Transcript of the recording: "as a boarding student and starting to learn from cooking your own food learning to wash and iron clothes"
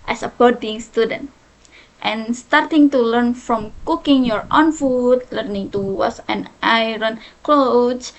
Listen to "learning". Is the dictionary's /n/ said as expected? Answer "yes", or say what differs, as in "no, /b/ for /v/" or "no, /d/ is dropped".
yes